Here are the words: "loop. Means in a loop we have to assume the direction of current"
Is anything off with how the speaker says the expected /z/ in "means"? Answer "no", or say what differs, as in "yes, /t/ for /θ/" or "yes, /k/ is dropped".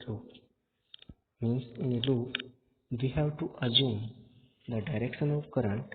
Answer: yes, /s/ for /z/